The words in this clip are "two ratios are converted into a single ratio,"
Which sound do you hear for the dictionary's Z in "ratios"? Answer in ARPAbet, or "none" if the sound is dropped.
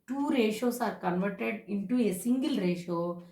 S